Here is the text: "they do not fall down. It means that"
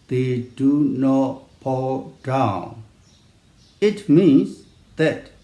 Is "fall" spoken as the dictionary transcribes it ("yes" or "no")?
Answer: no